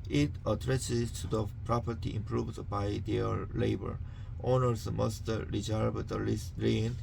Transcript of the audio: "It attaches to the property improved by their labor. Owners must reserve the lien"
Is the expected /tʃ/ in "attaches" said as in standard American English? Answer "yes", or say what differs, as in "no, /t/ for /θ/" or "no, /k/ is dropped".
no, /s/ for /tʃ/